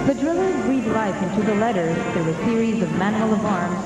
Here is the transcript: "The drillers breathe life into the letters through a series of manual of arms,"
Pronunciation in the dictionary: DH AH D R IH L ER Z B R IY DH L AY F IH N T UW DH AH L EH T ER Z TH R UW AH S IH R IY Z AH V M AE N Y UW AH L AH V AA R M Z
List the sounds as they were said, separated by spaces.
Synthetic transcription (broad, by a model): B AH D R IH L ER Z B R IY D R AY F IH N T UW DH AH L EH T ER Z TH R UW AH S IH R IY Z AH V M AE N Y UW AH L AH V AA R M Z